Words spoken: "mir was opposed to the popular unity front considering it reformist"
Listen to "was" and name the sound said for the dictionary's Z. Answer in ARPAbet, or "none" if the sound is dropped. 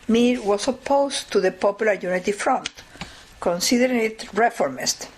S